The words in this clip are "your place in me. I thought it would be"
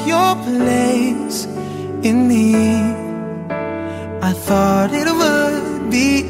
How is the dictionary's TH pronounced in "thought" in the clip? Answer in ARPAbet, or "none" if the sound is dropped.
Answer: TH